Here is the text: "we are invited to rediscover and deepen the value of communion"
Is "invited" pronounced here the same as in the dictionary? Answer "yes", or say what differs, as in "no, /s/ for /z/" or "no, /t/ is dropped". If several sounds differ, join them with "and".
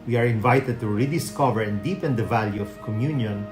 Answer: yes